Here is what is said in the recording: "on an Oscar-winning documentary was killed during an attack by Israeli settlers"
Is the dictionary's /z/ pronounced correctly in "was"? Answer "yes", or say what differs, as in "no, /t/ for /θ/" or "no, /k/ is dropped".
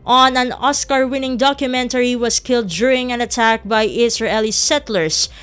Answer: no, /s/ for /z/